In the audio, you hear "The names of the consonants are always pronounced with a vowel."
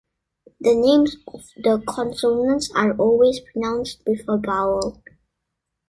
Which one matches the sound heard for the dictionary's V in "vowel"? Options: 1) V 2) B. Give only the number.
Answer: 2